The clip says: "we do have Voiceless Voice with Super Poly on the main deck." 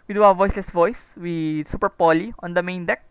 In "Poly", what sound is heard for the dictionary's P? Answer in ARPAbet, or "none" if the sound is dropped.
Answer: P